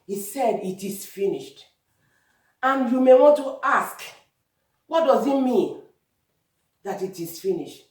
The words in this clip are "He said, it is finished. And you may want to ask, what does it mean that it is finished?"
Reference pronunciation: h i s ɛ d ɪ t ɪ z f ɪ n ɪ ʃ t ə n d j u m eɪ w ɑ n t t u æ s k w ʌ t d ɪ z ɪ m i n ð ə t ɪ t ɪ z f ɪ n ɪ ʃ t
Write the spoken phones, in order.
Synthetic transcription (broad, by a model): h i s ɛ d ɪ t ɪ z f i n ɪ ʃ t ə n j u m eɪ w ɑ n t t u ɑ s k w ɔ t d ɪ z ɪ m i n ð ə t ɪ t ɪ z f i n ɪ ʃ t